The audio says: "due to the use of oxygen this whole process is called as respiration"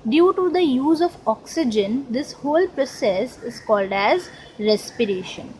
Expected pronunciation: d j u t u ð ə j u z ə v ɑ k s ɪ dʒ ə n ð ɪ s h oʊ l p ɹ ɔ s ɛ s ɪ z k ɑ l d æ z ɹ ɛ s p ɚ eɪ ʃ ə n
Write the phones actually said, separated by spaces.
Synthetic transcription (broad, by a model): d j u t u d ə j u z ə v ɑ k s ɪ dʒ ə n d ɪ s h oʊ l p ɹ ɔ s ɛ s ɪ z k ɑ l d æ z ɹ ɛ s p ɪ eɪ ʃ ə n